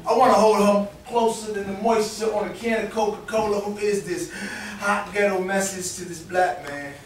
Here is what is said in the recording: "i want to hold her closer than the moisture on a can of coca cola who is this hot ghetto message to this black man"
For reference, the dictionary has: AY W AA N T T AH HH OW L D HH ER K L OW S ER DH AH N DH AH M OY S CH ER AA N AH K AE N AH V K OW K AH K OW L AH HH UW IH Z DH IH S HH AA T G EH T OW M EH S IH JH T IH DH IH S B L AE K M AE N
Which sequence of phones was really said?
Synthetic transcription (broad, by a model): AY W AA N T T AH HH OW L D HH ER K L OW S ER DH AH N DH AH M OY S S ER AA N AH K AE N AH K OW K AH K OW L AH HH UW IH Z DH IH S HH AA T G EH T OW M EH S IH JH T IH DH IH S B L AE K M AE N